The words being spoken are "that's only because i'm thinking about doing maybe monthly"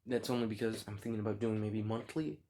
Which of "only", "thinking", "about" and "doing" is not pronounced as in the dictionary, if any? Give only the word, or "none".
none